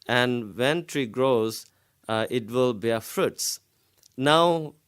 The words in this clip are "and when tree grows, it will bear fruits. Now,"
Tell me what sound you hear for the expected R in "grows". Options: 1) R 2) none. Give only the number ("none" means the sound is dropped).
1